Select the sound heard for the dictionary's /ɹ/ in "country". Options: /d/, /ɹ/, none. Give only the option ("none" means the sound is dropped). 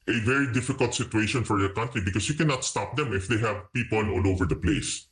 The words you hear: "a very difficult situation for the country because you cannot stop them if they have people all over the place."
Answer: /ɹ/